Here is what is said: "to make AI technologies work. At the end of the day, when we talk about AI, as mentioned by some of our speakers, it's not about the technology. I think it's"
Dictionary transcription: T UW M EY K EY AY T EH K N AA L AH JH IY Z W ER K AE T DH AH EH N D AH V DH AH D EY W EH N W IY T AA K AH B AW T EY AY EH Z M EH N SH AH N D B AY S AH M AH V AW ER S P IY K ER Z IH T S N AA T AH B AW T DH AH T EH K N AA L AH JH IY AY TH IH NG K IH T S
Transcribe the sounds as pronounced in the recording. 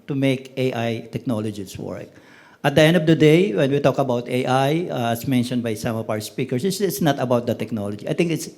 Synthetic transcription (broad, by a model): T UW M EY K EY AY T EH K N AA L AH JH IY S W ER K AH T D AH EH N D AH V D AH D EY W EH N W IY T AA K AH B AW T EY AY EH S M EH N SH AH N D B AY S AH M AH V AW ER S P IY K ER S IH T S N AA T AH B AW T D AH T EH K N AA L AH JH IY AY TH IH NG K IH T S